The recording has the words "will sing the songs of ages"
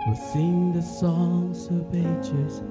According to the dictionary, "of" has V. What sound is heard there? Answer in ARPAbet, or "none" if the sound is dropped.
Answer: B